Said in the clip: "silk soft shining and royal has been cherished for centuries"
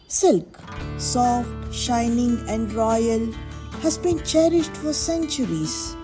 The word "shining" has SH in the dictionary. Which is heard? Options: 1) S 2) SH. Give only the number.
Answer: 2